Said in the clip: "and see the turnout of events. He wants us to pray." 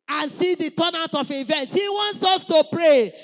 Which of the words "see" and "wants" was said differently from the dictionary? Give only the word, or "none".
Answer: none